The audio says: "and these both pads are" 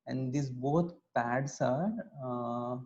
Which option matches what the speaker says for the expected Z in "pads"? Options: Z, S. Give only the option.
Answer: S